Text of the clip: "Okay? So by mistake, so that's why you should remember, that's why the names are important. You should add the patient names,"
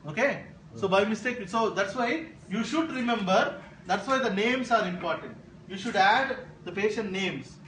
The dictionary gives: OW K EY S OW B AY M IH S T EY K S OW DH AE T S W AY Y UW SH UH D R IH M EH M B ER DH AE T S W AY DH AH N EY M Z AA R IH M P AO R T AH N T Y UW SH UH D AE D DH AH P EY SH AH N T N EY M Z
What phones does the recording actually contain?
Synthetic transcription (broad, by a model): OW K EY S OW B AY M IH S T EY K S OW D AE T S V AY Y UW SH UH D R IH M EH M B ER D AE T S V AY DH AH N EY M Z AA R IH M P AO R T AH N T Y UW SH UH D AE D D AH P EY SH AH N T N EY M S